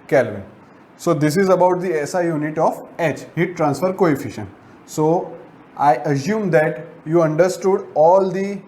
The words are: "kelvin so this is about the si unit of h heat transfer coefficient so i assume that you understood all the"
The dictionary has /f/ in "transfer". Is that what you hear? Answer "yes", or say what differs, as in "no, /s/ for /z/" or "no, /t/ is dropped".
yes